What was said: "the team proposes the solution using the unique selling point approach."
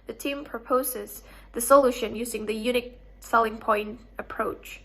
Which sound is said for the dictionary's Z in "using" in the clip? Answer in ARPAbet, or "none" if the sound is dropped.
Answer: Z